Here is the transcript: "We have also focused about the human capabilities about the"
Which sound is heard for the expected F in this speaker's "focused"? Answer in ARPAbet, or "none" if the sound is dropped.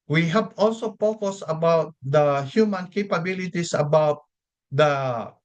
P